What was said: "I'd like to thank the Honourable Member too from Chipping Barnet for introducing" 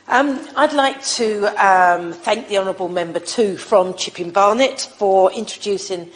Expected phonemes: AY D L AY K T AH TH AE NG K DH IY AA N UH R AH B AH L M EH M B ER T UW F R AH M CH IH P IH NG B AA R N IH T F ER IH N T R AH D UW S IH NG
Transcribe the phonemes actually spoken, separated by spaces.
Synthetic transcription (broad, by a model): AY D L AY K T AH TH AE NG K DH IY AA N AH R AH B AH L M EH M B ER T UW F R AH M CH IH P IH NG B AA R N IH T F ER IH N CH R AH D UW S IH NG